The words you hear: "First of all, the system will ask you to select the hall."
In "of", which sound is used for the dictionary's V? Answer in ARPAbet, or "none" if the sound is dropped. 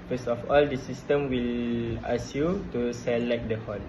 F